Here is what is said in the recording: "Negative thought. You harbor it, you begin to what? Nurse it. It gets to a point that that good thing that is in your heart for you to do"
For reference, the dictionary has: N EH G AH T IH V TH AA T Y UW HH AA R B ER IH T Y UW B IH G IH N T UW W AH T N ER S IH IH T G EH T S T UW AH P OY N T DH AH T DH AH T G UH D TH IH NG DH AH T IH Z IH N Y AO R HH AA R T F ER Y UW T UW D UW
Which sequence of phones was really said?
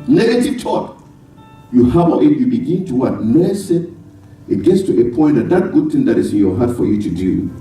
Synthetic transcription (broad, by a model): N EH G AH T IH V T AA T Y UW HH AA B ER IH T Y UW B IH G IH N T UW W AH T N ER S IH IH T G EH T S T UW AH P OY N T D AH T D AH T G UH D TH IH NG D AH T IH S IH N Y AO HH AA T F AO Y UW T UW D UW